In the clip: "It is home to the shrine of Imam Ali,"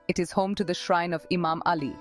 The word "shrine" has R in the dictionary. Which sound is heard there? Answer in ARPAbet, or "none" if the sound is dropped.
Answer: R